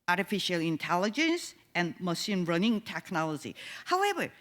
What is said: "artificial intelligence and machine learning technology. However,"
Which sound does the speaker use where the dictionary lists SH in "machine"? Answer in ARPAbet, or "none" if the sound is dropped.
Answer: S